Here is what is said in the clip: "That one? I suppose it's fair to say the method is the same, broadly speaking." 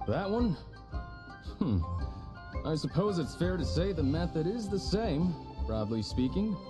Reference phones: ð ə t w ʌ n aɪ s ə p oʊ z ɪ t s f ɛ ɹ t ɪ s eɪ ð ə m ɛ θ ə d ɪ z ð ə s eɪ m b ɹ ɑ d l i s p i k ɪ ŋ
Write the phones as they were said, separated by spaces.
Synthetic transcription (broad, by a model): ð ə t w ʌ n aɪ s ə p oʊ z ɪ t s f ɛ ɹ t ɪ s eɪ ð ə m ɛ θ ə d ɪ z ð ə s eɪ m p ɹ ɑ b l i s p i k ɪ ŋ